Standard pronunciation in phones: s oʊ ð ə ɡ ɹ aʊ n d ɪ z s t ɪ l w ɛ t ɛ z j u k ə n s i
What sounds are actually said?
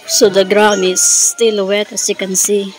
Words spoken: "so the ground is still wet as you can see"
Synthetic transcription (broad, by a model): s oʊ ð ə ɡ ɹ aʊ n ɪ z s t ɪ l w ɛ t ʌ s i k ə n s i